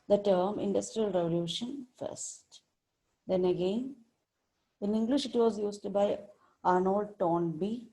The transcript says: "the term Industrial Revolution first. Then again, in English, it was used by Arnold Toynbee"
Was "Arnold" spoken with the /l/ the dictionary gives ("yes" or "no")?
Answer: yes